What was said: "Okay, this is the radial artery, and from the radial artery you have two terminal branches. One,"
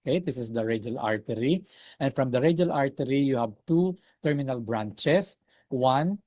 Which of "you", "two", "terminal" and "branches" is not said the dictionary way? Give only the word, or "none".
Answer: branches